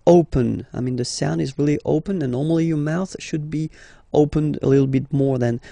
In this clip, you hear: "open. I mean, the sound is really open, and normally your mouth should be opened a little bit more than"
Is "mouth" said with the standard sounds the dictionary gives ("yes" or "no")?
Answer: yes